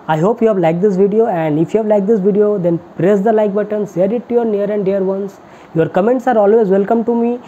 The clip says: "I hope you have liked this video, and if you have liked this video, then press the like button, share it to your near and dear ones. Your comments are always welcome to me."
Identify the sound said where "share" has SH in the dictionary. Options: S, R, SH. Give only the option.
S